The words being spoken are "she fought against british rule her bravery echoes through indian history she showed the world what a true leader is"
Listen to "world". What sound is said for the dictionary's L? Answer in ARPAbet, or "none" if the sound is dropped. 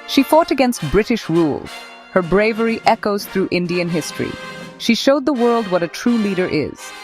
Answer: L